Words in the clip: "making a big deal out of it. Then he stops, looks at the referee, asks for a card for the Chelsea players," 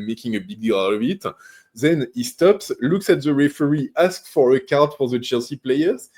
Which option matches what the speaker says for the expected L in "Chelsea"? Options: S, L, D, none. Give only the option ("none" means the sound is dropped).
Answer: L